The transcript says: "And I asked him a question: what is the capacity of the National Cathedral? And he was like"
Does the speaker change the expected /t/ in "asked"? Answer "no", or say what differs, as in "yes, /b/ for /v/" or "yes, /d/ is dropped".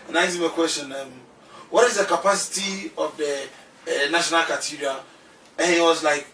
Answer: yes, /t/ is dropped